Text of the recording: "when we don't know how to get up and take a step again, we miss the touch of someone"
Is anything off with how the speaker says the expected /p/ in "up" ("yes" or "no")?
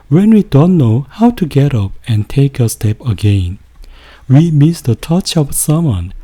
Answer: no